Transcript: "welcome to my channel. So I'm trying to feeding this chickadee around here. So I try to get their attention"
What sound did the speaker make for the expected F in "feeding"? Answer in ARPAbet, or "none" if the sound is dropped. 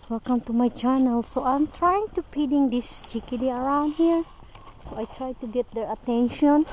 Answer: P